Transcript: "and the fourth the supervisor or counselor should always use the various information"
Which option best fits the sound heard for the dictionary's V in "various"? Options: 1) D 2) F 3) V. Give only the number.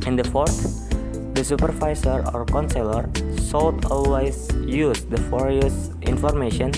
2